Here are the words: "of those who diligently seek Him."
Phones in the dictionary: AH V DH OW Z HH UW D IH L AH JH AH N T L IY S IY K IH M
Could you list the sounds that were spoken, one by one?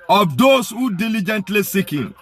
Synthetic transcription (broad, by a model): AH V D OW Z HH UW D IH L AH JH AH N T L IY S IY K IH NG